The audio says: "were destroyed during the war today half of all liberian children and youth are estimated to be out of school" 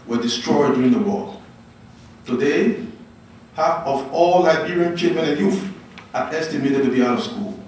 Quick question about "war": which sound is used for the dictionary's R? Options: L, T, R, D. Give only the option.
L